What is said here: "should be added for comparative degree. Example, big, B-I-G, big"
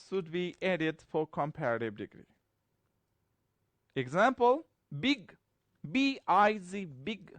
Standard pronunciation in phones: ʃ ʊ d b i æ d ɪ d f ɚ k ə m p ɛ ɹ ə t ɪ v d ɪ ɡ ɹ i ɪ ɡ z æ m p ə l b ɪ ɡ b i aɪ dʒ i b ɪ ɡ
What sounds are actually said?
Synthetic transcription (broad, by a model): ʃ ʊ d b i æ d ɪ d f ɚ k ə m p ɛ ɹ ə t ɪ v d ɪ ɡ ɹ i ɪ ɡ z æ m p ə l b ɪ ɡ b i aɪ z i b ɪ ɡ